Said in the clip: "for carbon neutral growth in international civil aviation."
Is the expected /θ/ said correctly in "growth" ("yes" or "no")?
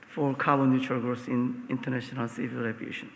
no